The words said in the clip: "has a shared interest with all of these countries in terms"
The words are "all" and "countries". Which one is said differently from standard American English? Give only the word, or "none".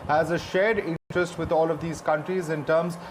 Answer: none